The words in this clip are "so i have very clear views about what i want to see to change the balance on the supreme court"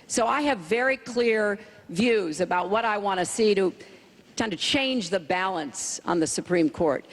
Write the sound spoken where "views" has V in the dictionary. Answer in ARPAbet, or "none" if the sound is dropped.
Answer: V